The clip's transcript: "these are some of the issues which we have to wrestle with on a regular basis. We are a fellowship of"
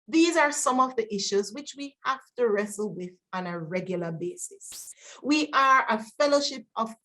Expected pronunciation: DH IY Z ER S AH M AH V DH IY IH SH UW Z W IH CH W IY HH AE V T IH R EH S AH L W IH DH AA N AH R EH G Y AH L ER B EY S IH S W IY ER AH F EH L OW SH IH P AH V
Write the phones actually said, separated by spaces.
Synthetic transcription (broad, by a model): DH IY Z ER S AH M AH V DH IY IH SH UW Z W IH CH W IY HH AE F T IH R EH S L W IH DH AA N AH R EH G Y L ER B EY S IH S W IY ER AH F EH L OW SH IH P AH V